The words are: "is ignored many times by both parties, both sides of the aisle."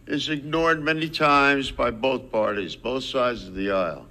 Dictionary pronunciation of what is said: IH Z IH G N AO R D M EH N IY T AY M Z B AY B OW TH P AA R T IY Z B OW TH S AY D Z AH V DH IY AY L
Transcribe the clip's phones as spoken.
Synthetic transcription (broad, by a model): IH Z IH G N AO R D M EH N IY T AY M Z B AY B OW TH P AA R T IY Z B OW TH S AY D Z AH V DH IY AY L